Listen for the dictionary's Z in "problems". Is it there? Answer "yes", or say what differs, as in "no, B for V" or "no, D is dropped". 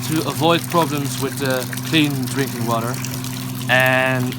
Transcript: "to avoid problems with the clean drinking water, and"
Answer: yes